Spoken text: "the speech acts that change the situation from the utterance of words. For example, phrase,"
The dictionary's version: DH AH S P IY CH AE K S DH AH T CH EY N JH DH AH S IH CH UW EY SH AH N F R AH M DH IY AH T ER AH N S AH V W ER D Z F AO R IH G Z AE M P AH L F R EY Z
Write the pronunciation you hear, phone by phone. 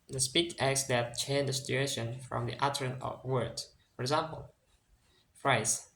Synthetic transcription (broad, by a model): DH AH S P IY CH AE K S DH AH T CH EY N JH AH S IH CH UW EY SH AH N F R AH M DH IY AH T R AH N AH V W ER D F AO R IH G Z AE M P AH L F R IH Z